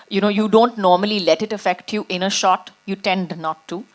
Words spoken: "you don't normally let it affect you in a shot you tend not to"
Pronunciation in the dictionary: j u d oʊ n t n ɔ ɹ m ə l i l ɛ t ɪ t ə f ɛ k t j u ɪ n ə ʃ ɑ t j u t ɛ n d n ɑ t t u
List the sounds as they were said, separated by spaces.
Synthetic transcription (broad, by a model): j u d oʊ n t n ɔ ɹ m ə l i l ɛ t ɪ t ə f ɛ k t j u ɪ n ə ʃ ɑ t j u t ɛ n d n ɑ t t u